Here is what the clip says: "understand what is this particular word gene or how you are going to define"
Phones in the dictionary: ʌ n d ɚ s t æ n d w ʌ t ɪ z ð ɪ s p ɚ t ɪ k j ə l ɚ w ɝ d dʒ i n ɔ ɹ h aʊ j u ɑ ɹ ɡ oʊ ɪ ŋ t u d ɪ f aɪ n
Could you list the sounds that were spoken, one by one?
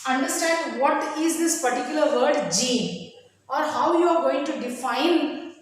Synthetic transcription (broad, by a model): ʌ n d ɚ s t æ n d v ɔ t ɪ z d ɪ s p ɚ t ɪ k j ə l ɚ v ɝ d dʒ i ɔ ɹ h aʊ j u ɑ ɹ ɡ oʊ ɪ ŋ t u d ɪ f aɪ n